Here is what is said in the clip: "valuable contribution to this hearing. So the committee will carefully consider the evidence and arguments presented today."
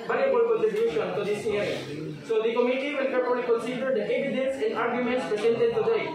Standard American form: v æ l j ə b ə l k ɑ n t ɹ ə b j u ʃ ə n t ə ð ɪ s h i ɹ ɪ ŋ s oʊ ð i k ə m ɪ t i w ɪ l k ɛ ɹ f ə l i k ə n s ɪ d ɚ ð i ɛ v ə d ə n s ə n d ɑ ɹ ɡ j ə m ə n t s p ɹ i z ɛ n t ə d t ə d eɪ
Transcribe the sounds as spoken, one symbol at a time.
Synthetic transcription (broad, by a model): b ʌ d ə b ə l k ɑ t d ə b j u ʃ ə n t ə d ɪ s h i ɪ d s oʊ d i k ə m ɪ t i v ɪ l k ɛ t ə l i k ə n s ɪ d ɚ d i ɛ v ə d ə n s ə n d ɑ ɹ ɡ j ə m ə n t s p ɹ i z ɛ n t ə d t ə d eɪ